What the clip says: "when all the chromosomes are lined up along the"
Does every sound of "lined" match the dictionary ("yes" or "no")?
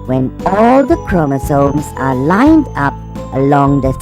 yes